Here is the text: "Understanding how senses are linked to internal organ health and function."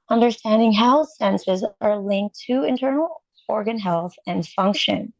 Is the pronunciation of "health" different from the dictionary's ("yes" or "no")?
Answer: no